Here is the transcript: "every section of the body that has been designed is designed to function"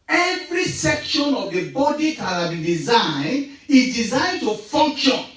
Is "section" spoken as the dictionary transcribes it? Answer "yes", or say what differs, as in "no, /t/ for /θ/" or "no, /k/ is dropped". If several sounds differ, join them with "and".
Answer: yes